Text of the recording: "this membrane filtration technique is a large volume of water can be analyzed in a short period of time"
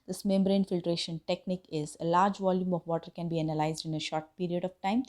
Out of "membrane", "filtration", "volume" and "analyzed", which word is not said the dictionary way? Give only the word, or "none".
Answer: none